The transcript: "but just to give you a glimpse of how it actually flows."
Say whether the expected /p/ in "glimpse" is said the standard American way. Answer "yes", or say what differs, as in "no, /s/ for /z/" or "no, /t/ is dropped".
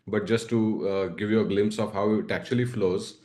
yes